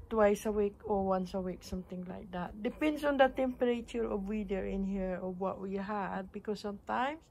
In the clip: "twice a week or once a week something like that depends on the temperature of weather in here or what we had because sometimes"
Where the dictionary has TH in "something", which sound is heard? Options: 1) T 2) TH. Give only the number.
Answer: 1